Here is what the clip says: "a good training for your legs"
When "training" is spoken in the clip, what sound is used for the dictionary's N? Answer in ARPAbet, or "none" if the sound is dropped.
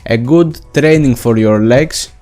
N